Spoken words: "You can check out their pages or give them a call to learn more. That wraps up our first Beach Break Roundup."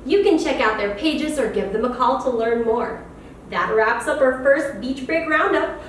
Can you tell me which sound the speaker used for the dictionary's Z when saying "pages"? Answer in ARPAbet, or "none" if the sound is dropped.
Z